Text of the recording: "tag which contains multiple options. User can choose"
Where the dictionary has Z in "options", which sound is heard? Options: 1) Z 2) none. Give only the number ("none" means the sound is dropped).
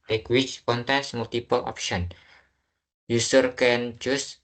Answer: 2